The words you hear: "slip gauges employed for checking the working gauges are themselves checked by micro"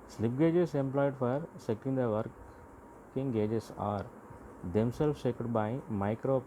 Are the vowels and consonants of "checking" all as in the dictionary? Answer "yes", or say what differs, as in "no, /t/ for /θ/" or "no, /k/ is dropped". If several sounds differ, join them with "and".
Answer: no, /s/ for /tʃ/